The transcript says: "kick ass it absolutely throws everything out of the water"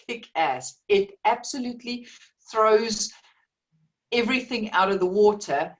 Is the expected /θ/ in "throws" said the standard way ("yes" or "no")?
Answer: yes